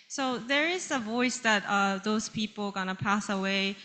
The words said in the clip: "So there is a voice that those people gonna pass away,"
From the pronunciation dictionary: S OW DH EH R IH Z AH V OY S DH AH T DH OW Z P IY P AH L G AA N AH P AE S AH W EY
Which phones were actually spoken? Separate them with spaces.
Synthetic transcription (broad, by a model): S OW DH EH R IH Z AH V OY S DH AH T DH OW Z P IY P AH L G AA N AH P AE S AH W EY